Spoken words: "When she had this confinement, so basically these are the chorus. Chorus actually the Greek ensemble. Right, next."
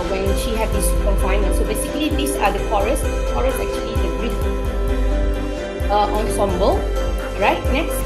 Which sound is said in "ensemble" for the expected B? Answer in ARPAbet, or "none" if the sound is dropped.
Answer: B